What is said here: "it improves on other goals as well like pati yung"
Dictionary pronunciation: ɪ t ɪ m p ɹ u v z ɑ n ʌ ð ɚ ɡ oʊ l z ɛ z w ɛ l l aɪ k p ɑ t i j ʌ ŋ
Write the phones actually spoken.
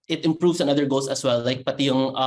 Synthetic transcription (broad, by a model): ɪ t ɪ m p ɹ u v s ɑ n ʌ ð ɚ ɡ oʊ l s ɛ s w ɛ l l aɪ k p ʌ t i j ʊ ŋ